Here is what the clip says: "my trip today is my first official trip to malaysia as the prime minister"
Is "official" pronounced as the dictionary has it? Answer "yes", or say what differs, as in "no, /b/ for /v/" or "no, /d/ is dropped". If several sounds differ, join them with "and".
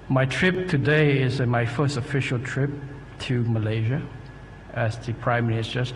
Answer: yes